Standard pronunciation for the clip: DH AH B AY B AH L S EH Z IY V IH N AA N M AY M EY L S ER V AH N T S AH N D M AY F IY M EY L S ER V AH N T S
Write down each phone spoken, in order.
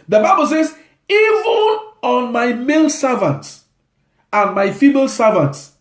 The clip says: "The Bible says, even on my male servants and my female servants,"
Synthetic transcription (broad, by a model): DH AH B AY B AH L S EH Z IY V IH N AA N M AY M EY L S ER V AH N T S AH N M AY F IY M EY L S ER V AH N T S